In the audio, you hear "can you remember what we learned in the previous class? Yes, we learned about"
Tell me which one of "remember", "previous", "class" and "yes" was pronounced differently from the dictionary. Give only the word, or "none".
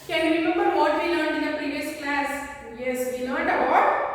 none